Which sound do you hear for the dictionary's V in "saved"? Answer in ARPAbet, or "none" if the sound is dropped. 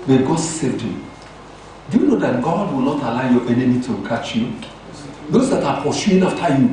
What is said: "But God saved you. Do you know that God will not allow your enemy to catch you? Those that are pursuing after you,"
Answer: none